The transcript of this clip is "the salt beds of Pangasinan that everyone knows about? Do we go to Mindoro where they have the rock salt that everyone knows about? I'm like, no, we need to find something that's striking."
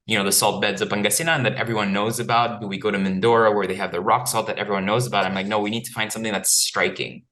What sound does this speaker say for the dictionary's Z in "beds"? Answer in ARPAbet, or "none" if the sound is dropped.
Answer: Z